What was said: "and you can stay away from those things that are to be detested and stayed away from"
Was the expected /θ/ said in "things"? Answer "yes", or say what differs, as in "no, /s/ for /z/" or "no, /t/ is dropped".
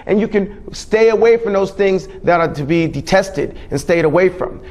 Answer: yes